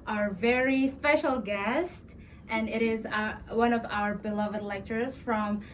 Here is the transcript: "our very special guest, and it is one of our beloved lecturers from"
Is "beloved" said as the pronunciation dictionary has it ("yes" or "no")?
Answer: yes